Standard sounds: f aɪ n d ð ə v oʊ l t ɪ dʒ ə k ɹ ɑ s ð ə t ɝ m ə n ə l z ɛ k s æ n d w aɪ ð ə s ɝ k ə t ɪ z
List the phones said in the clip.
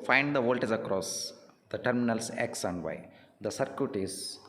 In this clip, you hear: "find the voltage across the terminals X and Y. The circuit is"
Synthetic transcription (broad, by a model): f aɪ n d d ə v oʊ l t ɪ z ə k ɹ ɑ s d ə t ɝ m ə n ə l s ɛ k s æ n d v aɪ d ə s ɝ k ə t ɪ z